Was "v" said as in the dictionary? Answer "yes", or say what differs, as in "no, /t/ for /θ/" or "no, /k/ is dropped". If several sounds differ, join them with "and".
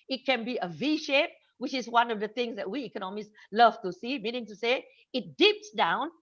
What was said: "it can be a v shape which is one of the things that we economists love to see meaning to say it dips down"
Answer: yes